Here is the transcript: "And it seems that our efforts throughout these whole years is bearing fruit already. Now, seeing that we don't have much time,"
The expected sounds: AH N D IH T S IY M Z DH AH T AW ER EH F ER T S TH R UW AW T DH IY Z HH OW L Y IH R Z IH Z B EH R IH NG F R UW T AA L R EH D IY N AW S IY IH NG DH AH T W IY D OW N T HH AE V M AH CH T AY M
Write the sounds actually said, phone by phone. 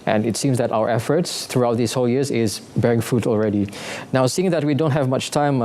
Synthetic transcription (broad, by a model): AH N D IH T S IY M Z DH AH T AW ER EH F ER T S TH R UW AW T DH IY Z HH OW L Y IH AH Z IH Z B EH R IH NG F UW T AA L R EH D IY N AW S IY IH NG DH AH T W IY D OW N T HH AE V M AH CH T AY M